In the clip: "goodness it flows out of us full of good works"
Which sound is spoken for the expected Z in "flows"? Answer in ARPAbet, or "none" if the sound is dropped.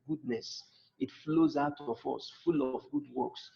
Z